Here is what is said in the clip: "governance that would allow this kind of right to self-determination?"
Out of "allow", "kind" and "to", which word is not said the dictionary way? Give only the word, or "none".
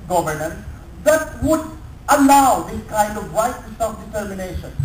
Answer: to